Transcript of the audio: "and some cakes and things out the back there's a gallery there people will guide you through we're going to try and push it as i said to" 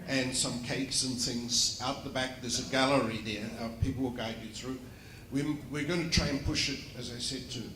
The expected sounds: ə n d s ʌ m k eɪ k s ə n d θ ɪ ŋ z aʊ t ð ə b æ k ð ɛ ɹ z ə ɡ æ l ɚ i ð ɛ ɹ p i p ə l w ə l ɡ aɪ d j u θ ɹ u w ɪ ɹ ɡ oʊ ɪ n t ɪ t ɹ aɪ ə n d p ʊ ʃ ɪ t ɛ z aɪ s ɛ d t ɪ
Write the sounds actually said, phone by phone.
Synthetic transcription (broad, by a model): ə n s ʌ m k eɪ k s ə n θ ɪ ŋ z aʊ t ð ə b æ k ð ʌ ɹ z ə ɡ æ l ɚ i ð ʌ ɹ p i p l w ə l ɡ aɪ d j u θ ɹ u w ɪ ɹ ɡ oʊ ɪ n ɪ t ɹ aɪ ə n p ʊ ʃ ɪ t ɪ z aɪ s ɛ d t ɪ